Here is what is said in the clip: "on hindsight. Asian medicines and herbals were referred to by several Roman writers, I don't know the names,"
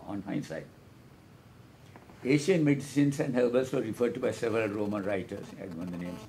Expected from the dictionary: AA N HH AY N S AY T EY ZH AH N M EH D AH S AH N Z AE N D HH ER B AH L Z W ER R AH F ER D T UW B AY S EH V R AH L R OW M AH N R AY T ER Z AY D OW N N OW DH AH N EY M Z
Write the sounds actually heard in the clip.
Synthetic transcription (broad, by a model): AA N HH AY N S AY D EY SH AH N M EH D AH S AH N S AE N D HH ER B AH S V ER R AH F ER D T UW B AY S EH V R AH L R OW M AH N R AY T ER S AY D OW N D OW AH N EY M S